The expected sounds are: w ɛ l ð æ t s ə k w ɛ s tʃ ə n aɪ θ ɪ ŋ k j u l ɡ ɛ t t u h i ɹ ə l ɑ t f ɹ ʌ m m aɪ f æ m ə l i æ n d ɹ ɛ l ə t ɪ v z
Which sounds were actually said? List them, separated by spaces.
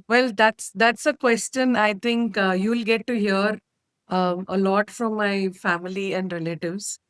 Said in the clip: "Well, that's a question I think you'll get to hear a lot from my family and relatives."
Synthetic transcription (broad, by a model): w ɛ l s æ t s ə k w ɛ s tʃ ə n aɪ t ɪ ŋ k j u l ɡ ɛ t t u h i ɹ ə l ɑ t f ɹ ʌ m m aɪ f æ m ə l i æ n d ɹ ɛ l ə t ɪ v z